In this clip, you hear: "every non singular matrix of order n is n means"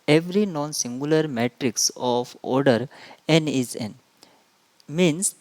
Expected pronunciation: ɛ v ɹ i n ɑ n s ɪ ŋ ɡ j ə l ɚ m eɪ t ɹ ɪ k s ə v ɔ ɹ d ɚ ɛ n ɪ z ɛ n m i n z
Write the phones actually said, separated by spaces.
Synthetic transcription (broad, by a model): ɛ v ɹ i n ɑ n s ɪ ŋ ɡ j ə l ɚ m eɪ t ɹ ɪ k s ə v ɔ ɹ d ɚ ɛ n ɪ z ɛ n m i n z